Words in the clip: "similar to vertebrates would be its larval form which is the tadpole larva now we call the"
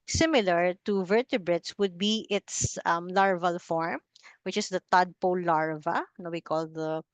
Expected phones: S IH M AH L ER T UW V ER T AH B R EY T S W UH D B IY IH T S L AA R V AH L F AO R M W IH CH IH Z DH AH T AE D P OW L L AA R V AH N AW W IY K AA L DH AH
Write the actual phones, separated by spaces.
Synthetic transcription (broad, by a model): S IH M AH L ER T UW V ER T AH B R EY T S W UH D B IY IH T S L AA R V AH L F AO R M W IH CH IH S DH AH T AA D P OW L L AA R V AH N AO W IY K AA L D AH